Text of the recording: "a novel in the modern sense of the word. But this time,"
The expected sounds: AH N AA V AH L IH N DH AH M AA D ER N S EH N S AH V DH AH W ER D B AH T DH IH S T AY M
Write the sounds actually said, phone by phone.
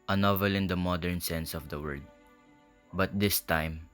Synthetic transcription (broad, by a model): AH N AA V AH L IH N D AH M AA D ER N S EH N S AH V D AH W ER D B AH T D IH S T AY M